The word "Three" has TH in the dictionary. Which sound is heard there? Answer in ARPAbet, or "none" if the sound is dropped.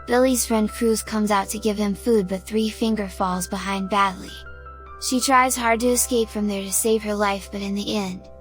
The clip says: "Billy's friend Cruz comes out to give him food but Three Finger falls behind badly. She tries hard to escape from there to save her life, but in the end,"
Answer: TH